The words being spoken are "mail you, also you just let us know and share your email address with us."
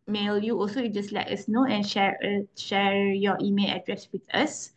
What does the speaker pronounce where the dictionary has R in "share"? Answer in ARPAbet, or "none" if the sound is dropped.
R